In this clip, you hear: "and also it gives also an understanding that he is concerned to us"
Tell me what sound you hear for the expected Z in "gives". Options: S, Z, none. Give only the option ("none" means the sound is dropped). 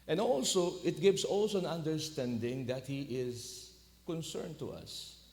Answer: S